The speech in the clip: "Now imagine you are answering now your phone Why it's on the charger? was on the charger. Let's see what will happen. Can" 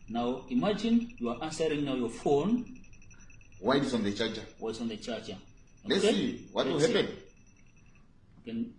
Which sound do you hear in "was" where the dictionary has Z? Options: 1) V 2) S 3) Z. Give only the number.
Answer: 2